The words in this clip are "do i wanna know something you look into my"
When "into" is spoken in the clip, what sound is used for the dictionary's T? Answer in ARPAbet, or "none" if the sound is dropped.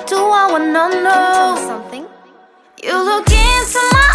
S